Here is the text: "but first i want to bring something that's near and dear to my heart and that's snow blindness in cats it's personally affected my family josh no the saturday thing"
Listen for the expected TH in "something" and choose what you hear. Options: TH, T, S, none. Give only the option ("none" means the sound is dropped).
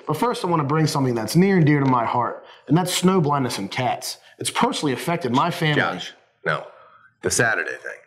TH